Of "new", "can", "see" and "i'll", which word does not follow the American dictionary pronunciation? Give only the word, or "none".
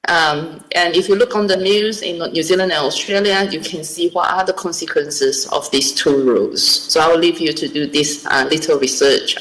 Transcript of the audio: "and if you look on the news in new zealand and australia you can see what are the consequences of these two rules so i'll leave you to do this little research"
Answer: i'll